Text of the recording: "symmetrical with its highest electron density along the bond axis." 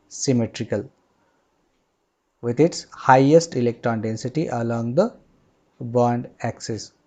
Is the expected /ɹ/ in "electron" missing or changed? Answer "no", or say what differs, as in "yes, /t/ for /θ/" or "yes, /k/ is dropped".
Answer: no